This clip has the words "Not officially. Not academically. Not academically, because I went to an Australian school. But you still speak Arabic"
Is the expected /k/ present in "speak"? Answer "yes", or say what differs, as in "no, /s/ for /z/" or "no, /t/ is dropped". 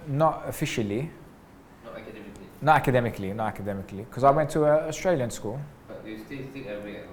no, /k/ is dropped